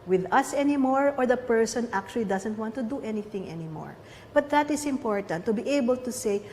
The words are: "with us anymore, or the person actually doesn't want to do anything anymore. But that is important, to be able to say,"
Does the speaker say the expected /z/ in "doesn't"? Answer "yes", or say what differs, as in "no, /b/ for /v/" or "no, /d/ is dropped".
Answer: no, /s/ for /z/